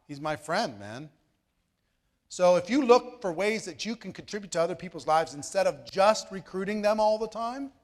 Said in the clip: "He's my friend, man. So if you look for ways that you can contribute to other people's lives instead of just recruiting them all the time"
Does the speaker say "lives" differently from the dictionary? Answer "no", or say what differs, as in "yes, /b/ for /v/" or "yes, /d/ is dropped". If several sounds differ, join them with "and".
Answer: no